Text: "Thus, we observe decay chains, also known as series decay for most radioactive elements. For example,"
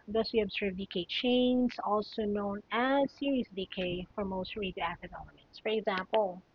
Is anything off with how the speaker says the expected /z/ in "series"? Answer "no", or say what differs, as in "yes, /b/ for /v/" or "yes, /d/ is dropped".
yes, /s/ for /z/